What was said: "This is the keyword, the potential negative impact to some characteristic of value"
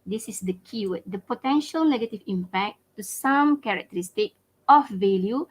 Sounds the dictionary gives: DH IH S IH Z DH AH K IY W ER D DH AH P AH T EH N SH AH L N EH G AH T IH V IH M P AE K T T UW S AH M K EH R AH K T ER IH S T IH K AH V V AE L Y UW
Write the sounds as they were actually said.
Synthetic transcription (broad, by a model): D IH S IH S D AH K IY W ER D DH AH P AH T EH N SH AH L N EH G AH T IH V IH M P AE K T T UW S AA M K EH R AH K T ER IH S T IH K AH F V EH L Y UW